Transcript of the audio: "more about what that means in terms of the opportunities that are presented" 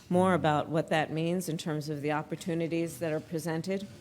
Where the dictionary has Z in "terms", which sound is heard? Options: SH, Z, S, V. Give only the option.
Z